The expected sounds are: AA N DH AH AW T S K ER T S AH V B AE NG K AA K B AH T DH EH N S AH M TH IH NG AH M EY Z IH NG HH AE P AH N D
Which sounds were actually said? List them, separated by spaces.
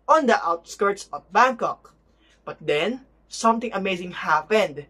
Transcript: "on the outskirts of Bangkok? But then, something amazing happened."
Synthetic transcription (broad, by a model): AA N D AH AW T S K ER T S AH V B AE NG K AA K B AH T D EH N S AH M T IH NG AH M EY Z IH NG HH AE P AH N D